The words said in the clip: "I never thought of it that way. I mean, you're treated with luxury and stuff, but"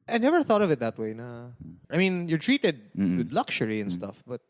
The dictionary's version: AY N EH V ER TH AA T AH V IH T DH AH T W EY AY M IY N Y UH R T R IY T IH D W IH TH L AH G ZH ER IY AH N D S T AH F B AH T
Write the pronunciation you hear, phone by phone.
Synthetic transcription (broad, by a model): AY N EH V ER TH AA T AH V IH T DH AH T W EY AY M IY N Y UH R T R IY T IH D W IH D L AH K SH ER IY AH N S T AH F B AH T